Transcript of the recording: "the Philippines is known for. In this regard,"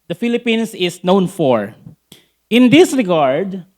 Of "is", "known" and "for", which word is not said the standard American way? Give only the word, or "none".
is